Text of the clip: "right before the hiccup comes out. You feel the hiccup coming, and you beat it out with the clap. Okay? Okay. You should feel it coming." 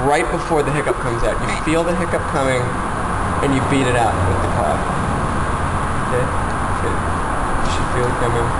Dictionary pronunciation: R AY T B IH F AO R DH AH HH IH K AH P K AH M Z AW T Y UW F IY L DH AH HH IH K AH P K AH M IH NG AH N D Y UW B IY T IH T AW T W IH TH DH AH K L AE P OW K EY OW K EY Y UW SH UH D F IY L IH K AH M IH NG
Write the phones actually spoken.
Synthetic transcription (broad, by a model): R AY T B IH F AO R DH AH HH IH K AH P K AH M Z AW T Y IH F IY L DH AH HH IH K AH P K AH M IH NG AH N Y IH B IY T IH T AW T W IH DH AH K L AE F OW K EY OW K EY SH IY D F IY L IH K AH M IH NG